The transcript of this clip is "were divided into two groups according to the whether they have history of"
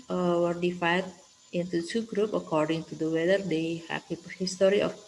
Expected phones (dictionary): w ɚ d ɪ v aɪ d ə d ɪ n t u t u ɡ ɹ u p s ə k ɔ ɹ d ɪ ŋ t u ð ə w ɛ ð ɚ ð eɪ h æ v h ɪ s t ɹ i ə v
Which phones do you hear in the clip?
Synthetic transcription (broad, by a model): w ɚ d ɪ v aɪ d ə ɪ n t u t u ɡ ɹ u p ə k ɔ ɹ d ɪ ŋ t u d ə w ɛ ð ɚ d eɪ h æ p h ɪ s t ɹ i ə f